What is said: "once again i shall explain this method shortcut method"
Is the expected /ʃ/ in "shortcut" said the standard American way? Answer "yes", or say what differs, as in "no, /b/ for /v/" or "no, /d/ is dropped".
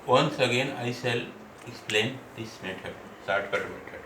no, /s/ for /ʃ/